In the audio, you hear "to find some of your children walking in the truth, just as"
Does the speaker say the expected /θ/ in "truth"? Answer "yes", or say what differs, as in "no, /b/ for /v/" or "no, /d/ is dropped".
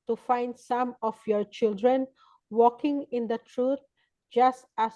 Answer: no, /t/ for /θ/